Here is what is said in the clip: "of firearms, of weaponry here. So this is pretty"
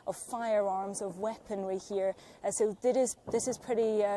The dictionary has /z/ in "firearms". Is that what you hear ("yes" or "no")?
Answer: yes